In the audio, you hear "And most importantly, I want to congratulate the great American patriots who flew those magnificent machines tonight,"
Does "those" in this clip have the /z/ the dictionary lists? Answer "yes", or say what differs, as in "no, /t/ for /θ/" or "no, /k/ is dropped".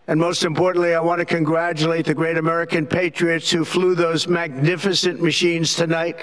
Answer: yes